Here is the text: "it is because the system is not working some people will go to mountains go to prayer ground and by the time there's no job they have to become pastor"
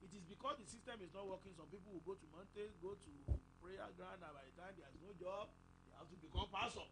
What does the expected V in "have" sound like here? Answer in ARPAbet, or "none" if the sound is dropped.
F